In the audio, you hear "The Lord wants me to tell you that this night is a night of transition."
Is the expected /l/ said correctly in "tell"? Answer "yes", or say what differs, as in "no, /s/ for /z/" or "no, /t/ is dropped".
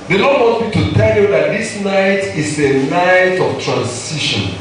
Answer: yes